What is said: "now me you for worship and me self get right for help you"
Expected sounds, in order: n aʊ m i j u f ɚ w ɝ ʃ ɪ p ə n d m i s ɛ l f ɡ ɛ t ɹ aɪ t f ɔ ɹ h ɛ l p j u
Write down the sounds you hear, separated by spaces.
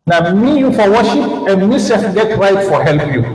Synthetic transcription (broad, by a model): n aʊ m i j u f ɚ w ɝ ʃ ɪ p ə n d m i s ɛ f ɡ ɛ t ɹ aɪ t f ɔ ɹ h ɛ l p j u